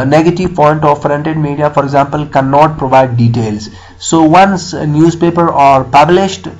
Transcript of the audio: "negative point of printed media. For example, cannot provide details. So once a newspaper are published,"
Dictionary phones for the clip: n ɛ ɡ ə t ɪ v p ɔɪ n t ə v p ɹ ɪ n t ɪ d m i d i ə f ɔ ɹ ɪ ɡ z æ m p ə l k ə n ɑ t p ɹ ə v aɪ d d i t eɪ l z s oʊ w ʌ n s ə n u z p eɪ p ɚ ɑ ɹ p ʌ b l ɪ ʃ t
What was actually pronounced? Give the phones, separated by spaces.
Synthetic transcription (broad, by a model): n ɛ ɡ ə t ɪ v p ɔɪ n t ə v f ɹ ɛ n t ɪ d m i d i ə f ɔ ɹ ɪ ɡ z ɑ m p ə l k ə n ɑ t p ɹ ə v aɪ d d i t eɪ l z s oʊ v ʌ n s n u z p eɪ p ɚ ɑ ɹ p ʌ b l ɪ ʃ t